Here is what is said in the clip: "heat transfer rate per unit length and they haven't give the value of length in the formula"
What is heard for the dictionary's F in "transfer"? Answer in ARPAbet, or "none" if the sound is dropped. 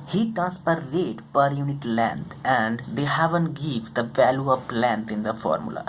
P